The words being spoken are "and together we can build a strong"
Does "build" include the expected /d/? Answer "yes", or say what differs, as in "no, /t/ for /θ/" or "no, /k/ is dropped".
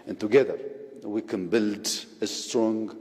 yes